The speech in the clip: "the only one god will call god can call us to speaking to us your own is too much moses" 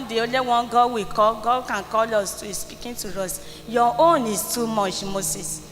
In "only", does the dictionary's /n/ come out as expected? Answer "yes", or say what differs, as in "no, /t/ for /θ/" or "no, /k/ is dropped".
no, /n/ is dropped